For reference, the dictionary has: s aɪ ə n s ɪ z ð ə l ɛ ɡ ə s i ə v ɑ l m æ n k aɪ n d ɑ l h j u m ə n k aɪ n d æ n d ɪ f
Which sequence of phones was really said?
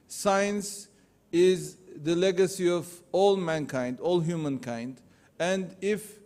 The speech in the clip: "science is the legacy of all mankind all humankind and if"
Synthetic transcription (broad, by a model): s aɪ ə n s ɪ z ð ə l ɛ ɡ ə s i ə v ɑ l m æ n k aɪ n d ɑ l h j u m ə n k aɪ n d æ n d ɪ f